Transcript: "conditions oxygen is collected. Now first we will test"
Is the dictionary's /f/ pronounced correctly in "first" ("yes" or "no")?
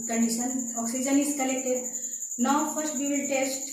no